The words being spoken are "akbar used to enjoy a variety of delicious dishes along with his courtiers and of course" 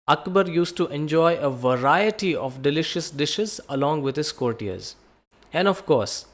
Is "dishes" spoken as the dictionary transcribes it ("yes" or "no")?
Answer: yes